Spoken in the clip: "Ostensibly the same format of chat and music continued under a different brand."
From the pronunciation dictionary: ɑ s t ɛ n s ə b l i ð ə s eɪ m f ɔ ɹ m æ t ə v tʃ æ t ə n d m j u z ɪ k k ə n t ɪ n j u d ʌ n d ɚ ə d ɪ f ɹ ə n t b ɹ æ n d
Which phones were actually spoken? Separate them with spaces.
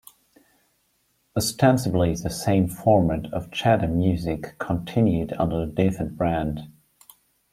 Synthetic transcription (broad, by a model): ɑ s t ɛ n s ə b l i ð ə s eɪ m f ɔ ɹ m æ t ə v tʃ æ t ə m j u z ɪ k k ə n t ɪ n j u d ʌ n d ɚ ə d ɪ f ə n b ɹ æ n d